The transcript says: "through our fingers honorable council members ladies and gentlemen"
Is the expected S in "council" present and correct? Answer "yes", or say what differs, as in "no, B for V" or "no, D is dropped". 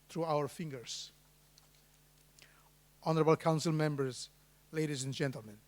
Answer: yes